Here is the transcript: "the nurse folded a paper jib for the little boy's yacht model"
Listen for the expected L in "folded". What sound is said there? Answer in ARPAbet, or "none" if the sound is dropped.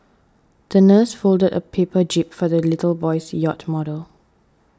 L